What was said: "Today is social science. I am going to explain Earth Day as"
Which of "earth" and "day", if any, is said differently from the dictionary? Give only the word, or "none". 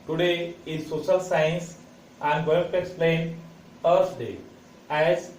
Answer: earth